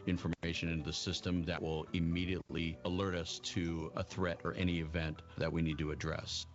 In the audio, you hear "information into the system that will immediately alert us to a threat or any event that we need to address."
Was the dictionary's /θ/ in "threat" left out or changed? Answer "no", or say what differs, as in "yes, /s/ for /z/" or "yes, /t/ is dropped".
no